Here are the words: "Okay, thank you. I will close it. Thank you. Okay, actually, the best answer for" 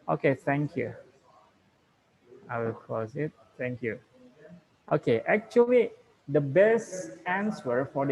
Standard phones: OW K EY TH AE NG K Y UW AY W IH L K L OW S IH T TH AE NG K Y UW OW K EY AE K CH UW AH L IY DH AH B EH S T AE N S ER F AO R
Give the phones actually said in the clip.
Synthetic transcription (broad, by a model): OW K EY T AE NG K Y UW AY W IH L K OW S IH T T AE NG K Y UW OW K EY AE K CH UW AH L IY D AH B EH S T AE N S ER F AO R